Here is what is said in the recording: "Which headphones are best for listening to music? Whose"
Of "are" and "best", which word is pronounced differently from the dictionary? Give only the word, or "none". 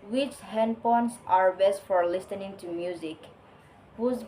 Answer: none